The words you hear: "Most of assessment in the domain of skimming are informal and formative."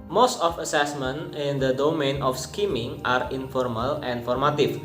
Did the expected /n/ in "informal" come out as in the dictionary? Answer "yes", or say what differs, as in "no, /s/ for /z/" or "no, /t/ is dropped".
yes